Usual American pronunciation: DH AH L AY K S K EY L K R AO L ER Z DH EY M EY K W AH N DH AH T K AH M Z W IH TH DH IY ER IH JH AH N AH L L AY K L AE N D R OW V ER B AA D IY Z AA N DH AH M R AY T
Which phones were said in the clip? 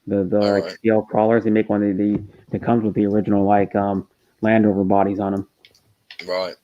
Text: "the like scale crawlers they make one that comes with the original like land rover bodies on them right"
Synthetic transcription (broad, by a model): DH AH L AY K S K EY L K R AO L ER Z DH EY M EY K W AH N DH AH T K AH M Z W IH DH IY ER IH JH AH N L L AY K L AE N D OW V ER B AA D IY Z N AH M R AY T